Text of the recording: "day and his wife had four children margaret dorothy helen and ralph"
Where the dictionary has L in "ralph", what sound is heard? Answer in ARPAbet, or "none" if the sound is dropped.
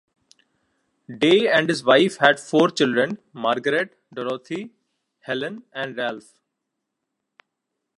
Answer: L